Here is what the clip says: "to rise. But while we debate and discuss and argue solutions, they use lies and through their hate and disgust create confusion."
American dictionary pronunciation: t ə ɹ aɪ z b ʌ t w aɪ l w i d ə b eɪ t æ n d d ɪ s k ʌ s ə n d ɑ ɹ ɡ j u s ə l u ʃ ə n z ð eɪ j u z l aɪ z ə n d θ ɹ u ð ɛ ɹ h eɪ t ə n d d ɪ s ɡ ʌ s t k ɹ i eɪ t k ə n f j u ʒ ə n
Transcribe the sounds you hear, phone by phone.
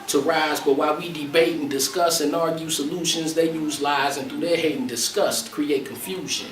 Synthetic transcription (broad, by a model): t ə ɹ aɪ z b ʌ t w aɪ l w i d ə b eɪ t n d d ɪ s k ʌ s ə n ɑ ɹ ɡ j u s ə l u ʃ ə n z ð eɪ j u z l aɪ z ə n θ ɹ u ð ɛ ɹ h eɪ t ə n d d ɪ s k ʌ s t k ɹ i eɪ t k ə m f j u ʒ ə n